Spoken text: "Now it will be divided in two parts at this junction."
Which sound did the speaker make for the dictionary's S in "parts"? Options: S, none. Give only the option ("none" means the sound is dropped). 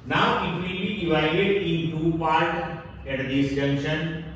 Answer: none